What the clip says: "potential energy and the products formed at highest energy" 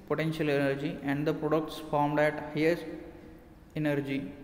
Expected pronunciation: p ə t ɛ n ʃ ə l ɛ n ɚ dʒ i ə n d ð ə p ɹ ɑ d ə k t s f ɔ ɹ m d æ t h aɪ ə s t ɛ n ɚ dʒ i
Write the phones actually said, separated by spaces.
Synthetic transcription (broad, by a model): p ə t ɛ n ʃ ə l ɛ n ɚ dʒ i ə n d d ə p ɹ ɑ d ə k t s f ɔ ɹ m d æ t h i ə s ɛ n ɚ dʒ i